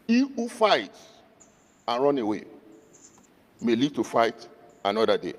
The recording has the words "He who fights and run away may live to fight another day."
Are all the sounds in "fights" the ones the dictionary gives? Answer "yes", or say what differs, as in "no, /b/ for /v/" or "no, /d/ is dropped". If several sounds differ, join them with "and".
no, /s/ is dropped